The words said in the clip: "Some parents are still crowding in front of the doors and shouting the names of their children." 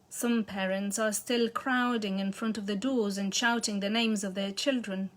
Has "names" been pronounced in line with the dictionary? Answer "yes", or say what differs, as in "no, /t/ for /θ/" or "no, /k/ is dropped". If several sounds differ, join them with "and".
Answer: yes